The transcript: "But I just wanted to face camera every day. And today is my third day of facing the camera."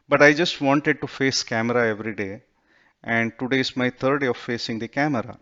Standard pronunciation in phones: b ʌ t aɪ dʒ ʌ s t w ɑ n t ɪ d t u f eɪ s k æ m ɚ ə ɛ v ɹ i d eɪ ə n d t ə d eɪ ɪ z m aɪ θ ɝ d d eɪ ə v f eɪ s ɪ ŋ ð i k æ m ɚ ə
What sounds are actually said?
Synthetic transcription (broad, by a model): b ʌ t aɪ dʒ ʌ s t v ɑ n t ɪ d t u f eɪ s k æ m ɚ ə ɛ v ɹ i d eɪ ə n d t ə d eɪ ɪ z m aɪ t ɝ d d eɪ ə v f eɪ s ɪ ŋ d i k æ m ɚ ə